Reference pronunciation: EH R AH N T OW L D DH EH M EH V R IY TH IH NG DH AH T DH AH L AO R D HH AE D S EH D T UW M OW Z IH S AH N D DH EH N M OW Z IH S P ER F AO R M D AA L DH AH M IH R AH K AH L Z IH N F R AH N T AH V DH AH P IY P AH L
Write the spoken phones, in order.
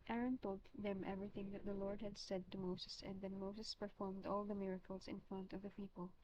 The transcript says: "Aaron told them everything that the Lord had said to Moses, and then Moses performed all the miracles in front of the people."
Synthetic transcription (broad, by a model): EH R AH N T OW L D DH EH M EH V R IY TH IH NG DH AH T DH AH L AO R D HH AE D S EH D T UW M OW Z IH S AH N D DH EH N M OW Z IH S P ER F AO R M D AA L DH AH M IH R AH K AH L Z IH N F R AH N T AH V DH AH P IY P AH L